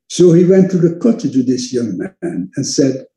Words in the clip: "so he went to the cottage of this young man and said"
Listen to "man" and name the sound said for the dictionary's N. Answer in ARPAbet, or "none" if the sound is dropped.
N